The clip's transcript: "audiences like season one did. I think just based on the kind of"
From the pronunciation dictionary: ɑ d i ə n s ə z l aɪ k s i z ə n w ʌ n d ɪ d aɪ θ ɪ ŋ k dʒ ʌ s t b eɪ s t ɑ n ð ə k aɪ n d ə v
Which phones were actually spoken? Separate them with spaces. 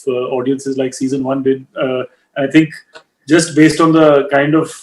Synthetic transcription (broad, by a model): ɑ d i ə n s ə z l aɪ k s i z ə n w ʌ n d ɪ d aɪ t ɪ ŋ k dʒ ʌ s t b eɪ s t ɑ n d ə k aɪ n d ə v